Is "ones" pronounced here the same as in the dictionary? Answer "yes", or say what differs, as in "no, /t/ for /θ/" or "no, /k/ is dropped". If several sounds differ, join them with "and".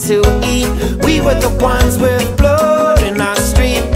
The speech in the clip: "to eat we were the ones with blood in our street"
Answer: yes